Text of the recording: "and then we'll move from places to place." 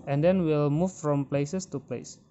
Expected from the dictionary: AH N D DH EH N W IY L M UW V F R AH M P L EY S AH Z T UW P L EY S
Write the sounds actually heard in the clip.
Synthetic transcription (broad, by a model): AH N D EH N W IY L M UW F F R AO M P L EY S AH S T UW P L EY S